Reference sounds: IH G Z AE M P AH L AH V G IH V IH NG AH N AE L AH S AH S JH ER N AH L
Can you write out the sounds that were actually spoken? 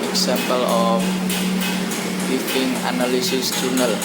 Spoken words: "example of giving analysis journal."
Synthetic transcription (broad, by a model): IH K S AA M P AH L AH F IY F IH NG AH N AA L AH S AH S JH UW N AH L